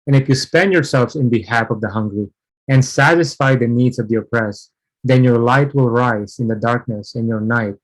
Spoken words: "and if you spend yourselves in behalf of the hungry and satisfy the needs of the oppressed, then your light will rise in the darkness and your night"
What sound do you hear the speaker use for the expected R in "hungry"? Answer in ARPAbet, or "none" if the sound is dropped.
R